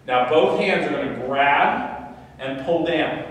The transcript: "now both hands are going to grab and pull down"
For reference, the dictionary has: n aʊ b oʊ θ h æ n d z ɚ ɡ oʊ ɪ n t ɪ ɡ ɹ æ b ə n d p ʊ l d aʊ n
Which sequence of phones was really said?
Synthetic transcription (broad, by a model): n aʊ b oʊ θ h æ n d z ɚ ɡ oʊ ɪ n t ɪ ɡ ɹ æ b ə n p ʊ l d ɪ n